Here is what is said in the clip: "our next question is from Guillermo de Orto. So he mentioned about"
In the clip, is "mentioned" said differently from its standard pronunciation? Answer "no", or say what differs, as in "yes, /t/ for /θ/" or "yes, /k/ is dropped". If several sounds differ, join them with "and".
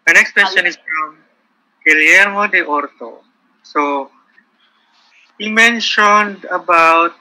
no